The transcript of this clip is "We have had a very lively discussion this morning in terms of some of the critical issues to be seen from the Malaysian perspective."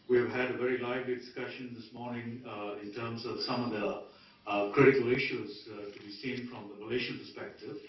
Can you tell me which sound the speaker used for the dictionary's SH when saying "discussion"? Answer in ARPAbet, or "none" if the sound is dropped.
SH